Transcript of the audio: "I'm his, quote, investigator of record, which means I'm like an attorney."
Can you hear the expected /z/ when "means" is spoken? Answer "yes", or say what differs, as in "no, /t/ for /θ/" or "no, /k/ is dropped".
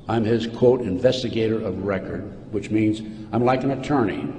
yes